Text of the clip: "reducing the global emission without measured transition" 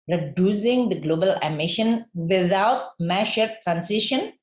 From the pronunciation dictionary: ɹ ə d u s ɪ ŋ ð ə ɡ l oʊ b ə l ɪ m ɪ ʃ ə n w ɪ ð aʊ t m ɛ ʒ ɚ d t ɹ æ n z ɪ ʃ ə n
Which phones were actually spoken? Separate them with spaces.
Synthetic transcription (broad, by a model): ɹ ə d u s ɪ ŋ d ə ɡ l oʊ b ə l ɪ m ɪ ʃ ə n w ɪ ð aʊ t m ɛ ʃ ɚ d t ɹ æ n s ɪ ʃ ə n